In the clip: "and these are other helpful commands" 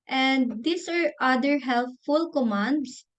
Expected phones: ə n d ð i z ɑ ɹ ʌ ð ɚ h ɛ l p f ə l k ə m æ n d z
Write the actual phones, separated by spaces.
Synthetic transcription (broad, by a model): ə n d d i s ɑ ɹ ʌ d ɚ h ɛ l f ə l k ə m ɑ n d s